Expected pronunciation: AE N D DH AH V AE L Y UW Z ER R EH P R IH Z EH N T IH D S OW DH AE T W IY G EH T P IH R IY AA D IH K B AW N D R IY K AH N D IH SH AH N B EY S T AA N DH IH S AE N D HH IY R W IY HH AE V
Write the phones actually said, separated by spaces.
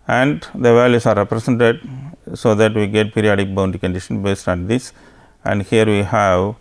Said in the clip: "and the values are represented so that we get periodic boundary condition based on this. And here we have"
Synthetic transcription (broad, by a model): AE N D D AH V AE L Y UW S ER R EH P R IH S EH N T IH D S OW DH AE T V IY G EH T P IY R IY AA D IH K B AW N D IY K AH N D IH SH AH N B EY S T AA N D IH S AE N D HH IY R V IY HH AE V